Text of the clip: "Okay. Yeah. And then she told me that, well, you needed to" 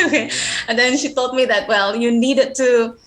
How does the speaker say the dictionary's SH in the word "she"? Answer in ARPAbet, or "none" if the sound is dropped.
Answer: SH